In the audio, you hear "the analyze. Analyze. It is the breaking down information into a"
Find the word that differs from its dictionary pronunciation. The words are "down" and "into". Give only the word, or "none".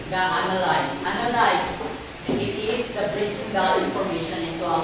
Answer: down